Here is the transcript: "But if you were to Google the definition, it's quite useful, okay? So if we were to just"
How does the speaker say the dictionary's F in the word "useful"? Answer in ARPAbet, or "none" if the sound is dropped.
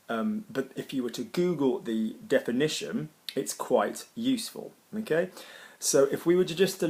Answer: F